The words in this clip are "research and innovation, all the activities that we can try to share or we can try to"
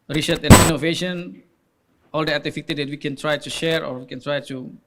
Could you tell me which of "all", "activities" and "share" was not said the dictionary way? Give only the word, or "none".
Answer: activities